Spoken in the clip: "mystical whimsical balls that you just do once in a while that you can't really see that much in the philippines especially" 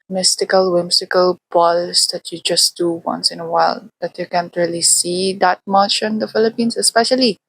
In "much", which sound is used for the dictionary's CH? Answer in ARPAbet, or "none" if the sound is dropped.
SH